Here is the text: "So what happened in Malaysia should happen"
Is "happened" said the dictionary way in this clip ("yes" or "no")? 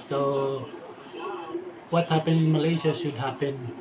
no